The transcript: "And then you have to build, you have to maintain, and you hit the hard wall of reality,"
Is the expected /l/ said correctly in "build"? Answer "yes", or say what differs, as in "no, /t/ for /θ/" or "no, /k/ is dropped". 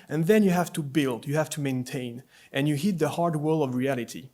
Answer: yes